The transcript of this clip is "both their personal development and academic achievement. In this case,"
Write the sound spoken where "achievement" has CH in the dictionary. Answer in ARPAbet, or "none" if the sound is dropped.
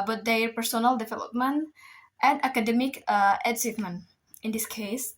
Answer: S